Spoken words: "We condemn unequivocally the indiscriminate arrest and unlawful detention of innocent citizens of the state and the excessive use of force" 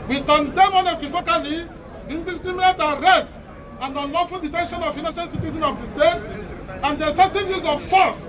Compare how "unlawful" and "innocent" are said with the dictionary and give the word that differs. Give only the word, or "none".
innocent